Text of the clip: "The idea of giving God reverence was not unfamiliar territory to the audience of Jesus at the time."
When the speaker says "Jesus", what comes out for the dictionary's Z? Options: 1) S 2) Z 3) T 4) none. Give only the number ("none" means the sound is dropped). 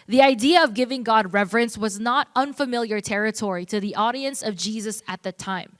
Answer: 2